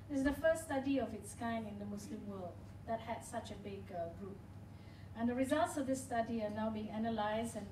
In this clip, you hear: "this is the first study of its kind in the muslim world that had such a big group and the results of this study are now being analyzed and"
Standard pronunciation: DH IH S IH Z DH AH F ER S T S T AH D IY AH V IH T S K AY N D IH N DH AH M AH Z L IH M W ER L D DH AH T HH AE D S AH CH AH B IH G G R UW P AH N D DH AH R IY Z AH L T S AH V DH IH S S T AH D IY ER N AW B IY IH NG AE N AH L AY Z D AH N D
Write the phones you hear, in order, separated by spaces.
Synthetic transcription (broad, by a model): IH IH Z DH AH F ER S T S T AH D IY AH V IH T S K AY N IH N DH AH M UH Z L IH M W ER L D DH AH T HH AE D S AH CH AH B IH G G R UW P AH N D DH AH R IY Z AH L T S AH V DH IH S S T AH D IY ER N AW B IY IH NG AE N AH L AY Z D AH N